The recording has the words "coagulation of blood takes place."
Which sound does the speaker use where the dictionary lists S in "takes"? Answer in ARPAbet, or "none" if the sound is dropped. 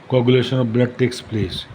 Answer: S